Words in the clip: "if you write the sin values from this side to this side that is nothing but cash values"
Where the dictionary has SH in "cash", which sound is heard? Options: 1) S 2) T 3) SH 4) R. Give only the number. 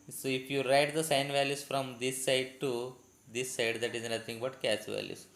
1